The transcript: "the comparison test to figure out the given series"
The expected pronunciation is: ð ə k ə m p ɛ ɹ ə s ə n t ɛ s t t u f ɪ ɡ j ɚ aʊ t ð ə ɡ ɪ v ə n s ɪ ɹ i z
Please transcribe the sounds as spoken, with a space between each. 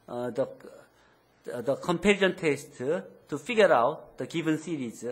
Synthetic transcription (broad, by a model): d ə k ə m p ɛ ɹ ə ə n t ɛ s t t u f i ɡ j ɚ aʊ t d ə ɡ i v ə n s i ɹ i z